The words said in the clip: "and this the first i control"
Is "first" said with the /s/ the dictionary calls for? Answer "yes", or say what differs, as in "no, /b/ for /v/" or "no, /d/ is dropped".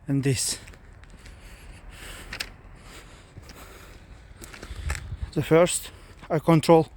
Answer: yes